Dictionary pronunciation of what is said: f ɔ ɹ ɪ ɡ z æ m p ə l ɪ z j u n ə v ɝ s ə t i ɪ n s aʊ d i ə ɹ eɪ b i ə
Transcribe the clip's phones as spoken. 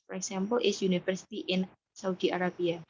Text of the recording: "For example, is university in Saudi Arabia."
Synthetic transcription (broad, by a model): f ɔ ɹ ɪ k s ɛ m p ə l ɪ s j u n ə f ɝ s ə t i ɪ n s aʊ d i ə ɹ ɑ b i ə